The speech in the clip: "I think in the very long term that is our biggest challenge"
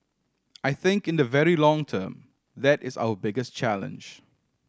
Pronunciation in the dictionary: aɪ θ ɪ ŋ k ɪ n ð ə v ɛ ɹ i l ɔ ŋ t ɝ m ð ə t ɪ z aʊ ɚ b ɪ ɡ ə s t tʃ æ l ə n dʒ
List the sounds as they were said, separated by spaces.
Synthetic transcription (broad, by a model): aɪ θ ɪ ŋ k ɪ n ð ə v ɛ ɹ i l ɔ ŋ t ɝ m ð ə t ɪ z aʊ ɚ b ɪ ɡ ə s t tʃ æ l ə n dʒ